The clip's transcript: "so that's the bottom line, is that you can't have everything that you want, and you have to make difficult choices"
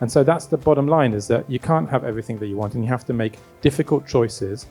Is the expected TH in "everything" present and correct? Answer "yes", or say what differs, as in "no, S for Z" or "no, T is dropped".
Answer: yes